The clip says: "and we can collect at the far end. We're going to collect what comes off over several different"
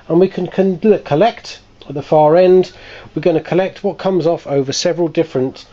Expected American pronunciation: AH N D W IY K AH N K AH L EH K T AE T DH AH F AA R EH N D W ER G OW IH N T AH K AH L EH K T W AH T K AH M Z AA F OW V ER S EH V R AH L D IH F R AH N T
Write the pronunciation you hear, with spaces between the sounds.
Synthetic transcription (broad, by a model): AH N W IY K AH N K AH L EH K T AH T DH AH F AA R EH N D W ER G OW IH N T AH K AH L EH K T W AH T K AH M Z AA F OW V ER S EH V R AH L D IH F R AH N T